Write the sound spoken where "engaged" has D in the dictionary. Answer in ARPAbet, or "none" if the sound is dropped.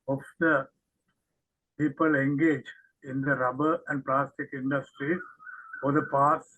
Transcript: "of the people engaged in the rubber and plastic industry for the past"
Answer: none